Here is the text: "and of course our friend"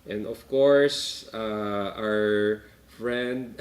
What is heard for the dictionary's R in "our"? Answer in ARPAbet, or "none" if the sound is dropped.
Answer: R